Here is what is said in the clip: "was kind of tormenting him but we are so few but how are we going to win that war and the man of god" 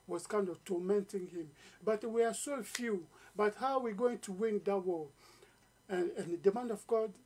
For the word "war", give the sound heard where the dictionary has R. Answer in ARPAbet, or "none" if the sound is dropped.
L